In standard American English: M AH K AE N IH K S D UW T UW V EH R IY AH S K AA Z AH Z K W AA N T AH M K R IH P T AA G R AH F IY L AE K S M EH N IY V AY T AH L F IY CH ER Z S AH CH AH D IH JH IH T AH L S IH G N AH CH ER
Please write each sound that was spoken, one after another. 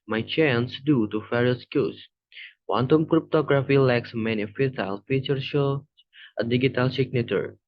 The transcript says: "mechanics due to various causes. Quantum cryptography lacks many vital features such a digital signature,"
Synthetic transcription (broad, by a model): M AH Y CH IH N S D UW T UW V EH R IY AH S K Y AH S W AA N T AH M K R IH P T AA G R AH F IY L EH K S M EH N IY F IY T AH L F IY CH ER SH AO AH D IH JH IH T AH L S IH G N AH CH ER